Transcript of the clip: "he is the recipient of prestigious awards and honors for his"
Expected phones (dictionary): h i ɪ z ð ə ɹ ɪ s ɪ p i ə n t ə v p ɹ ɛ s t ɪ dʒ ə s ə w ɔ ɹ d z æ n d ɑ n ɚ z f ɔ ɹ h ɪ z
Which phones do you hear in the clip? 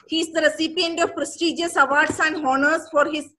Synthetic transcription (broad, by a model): h i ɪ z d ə ɹ ɪ s ɪ p i ə n t ə v p ɹ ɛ s t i dʒ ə s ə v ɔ ɹ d s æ n d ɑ n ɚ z f ɔ ɹ h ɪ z